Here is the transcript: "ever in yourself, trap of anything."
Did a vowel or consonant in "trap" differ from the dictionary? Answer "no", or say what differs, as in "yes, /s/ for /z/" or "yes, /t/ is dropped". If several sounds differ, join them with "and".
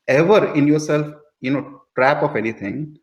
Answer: no